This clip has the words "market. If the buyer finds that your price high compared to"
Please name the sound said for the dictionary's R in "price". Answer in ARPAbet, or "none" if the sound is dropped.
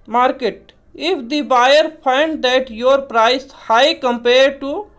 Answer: R